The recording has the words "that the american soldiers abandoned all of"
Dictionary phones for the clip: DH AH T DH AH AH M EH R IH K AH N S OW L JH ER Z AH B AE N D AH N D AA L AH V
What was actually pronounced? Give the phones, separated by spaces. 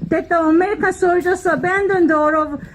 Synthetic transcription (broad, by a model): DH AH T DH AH AH M EH R IH K AH N S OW JH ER S AH B AE N D AH N D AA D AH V